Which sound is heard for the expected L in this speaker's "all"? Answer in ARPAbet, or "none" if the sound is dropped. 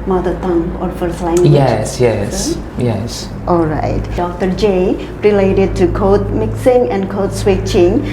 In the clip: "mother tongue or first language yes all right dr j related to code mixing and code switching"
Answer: L